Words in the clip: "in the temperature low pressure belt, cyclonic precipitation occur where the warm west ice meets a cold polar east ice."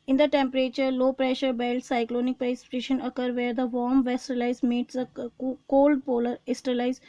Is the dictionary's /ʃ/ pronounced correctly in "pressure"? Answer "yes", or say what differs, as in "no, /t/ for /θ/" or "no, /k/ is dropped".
yes